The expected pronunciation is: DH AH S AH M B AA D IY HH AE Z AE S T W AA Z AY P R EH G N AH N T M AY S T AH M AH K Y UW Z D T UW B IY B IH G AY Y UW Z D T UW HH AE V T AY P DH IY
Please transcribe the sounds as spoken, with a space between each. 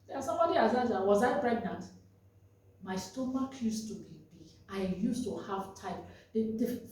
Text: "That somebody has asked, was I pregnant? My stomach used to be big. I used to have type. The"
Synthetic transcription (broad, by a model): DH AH S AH M B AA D IY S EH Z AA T W AA Z AY P R EH G N AH N T M AY S T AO M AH K Y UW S T UW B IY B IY AY Y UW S T UW HH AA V T AY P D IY